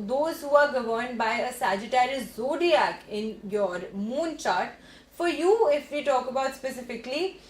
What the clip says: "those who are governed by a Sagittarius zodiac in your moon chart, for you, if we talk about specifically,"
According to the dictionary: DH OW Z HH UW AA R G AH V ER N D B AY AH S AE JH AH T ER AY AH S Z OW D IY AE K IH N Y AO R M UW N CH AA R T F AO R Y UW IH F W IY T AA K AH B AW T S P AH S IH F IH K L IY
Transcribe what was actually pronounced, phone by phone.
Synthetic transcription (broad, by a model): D OW Z HH UW AA R G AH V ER N D B AY AH S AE JH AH T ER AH Z OW D IY AE K IH N Y AO R M UW N CH AA R T F AO R Y UW IH F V IY T AA K AH B AW T S P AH S IH F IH K L IY